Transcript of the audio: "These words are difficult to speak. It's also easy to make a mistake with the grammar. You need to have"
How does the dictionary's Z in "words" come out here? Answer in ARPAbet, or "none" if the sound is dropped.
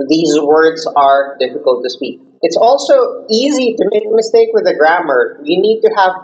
Z